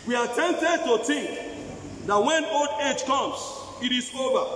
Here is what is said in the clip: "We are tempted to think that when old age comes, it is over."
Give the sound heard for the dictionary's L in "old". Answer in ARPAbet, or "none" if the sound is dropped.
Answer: L